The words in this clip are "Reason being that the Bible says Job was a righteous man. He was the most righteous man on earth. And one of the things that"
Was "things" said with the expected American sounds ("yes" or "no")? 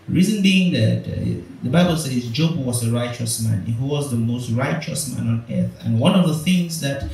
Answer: yes